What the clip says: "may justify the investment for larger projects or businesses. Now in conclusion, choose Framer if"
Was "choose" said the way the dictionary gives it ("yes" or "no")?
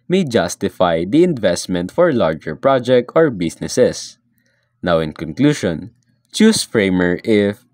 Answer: no